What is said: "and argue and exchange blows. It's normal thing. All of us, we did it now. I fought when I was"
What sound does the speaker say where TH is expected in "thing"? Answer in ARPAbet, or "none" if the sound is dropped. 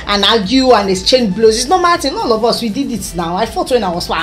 T